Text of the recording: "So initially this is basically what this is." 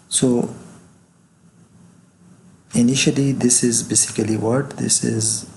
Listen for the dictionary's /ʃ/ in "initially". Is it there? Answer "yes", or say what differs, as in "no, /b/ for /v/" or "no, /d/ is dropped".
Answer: yes